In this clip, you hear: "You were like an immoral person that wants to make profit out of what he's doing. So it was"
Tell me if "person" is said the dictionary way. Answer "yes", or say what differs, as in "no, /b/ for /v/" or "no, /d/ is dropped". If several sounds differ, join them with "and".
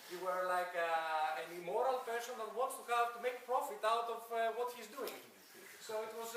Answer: no, /ʃ/ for /s/